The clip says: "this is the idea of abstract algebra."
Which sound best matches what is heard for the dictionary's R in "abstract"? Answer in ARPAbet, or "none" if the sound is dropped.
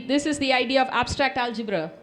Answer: R